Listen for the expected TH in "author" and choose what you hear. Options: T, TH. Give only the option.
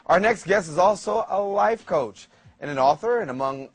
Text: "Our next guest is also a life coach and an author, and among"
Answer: TH